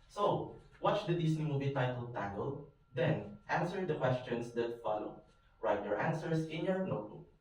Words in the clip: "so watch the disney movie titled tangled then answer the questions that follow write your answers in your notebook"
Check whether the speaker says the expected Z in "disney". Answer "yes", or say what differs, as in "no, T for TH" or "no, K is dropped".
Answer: no, S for Z